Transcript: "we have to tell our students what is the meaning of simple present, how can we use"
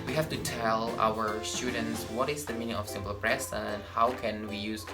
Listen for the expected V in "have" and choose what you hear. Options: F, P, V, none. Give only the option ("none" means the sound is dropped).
F